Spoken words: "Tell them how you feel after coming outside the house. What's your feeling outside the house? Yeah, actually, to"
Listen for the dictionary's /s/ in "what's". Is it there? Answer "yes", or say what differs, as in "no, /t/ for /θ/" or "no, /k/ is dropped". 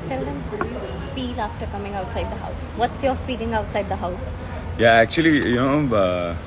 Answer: yes